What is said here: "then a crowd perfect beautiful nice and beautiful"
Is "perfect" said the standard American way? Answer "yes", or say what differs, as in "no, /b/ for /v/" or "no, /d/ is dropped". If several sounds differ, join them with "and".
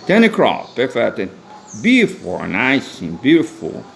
no, /k/ is dropped